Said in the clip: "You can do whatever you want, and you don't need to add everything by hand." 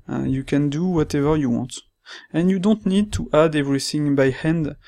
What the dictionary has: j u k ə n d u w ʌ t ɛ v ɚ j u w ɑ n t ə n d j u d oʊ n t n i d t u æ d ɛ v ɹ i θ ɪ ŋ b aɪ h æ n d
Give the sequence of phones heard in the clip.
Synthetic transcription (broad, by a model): j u k ə n d u w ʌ t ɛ v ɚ j u w ɑ n t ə n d j u d oʊ n t n i d t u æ d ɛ v ɹ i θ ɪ ŋ b aɪ h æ n d